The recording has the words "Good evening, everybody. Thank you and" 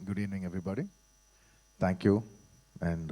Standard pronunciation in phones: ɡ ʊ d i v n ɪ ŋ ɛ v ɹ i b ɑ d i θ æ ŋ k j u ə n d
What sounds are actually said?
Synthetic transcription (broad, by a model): ɡ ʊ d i n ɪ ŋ ɛ v ɹ i b ɑ d i t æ ŋ k j u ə n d